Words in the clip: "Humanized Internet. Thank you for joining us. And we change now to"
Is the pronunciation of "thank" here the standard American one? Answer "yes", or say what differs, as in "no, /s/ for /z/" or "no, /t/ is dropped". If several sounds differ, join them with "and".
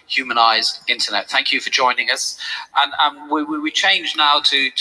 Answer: yes